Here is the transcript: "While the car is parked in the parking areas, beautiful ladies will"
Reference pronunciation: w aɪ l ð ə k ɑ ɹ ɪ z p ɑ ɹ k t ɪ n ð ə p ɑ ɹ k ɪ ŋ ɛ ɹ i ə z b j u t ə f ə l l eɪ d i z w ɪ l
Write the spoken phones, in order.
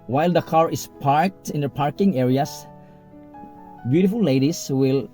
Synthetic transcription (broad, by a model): w aɪ l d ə k ɑ ɹ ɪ s p ɑ ɹ k t ɪ n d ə p ɑ ɹ k ɪ ŋ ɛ ɹ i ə s b j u t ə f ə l l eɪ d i s w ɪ l